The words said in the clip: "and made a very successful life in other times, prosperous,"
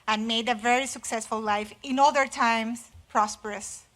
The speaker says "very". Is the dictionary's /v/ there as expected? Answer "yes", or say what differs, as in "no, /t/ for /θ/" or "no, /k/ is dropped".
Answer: yes